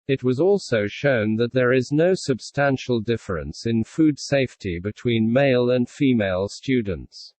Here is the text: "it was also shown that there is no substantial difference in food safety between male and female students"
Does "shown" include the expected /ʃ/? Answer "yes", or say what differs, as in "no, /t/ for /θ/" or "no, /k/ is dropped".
yes